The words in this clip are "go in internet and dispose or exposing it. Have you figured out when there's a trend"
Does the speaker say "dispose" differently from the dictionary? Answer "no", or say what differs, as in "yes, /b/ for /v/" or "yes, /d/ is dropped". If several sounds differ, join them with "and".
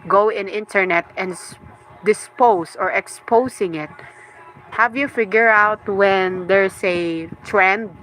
yes, /s/ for /z/